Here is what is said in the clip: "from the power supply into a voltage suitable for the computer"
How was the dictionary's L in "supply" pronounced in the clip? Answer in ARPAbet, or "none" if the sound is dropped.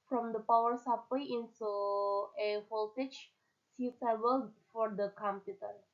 W